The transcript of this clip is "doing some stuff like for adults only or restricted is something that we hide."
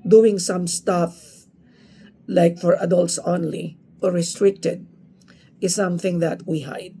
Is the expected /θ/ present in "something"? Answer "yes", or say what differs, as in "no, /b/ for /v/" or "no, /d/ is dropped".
yes